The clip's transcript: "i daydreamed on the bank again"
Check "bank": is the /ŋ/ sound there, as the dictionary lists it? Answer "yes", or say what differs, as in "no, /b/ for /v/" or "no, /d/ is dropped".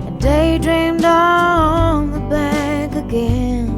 no, /ŋ/ is dropped